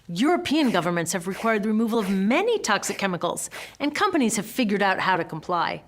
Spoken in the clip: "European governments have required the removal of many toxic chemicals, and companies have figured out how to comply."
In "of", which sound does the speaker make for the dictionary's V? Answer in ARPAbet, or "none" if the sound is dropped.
V